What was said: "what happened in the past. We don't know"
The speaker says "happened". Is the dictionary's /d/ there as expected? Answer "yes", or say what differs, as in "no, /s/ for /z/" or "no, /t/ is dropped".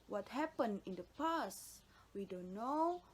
no, /d/ is dropped